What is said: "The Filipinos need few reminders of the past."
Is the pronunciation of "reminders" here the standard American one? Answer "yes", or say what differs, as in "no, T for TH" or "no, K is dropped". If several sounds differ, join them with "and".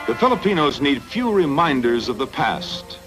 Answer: yes